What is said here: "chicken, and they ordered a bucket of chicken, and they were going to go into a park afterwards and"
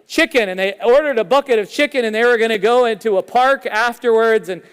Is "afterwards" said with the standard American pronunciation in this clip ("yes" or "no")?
yes